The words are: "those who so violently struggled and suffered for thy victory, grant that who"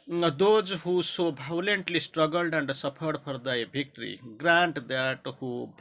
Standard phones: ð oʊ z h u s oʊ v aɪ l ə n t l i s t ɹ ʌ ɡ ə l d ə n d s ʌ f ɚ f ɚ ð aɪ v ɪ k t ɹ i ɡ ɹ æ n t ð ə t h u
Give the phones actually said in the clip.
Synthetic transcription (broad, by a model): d oʊ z h u s oʊ b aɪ l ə n t l i s t ɹ ʌ ɡ ə l d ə n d s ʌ p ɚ p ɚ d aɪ b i k t ɹ i ɡ ɹ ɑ n t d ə t h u